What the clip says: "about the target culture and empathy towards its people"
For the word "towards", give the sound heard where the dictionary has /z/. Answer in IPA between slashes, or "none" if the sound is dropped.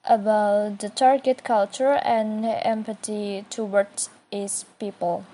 none